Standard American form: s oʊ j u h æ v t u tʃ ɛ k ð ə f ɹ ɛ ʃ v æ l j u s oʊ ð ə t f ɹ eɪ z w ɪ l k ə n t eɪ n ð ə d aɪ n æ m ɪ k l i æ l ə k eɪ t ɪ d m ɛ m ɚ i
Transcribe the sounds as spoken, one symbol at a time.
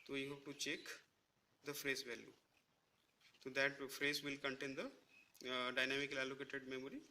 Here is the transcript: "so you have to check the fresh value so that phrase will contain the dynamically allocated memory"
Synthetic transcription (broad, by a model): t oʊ j u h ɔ p t u tʃ ɛ k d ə f ɹ ɛ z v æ l j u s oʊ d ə t f ɹ eɪ z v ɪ l k ə n t eɪ n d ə d aɪ n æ m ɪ k l i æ l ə k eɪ t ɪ d m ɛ m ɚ i